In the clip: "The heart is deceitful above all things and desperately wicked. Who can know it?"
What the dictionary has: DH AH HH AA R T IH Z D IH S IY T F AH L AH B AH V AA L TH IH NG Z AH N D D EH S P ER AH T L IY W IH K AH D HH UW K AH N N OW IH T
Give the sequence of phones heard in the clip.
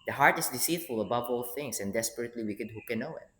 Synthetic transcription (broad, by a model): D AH HH AA R T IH S D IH S IY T F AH L AH B AH V AA L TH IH NG S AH N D D EH S P ER AH T L IY W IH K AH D HH UW K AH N N OW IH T